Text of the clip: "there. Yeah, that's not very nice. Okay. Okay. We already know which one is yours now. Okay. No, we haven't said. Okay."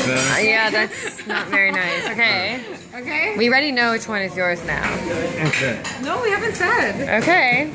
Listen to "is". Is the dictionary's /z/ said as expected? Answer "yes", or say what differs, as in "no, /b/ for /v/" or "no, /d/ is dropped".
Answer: yes